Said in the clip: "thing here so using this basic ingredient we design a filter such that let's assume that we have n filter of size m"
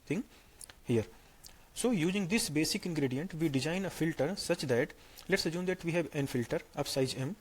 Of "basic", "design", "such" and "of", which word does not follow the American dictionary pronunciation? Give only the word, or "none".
of